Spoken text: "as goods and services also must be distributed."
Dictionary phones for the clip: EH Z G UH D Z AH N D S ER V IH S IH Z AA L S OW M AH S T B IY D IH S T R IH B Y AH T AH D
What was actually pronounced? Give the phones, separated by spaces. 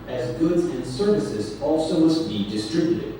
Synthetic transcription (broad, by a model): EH Z G UH D Z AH N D S ER V IH S IH Z AA L S OW M AH S T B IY D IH S T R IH B Y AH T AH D